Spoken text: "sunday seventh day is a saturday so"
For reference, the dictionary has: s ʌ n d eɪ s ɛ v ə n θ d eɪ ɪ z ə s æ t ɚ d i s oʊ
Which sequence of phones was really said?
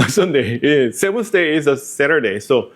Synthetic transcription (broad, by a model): s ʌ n d eɪ s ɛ w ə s d eɪ ɪ z ə s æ t ɚ d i s oʊ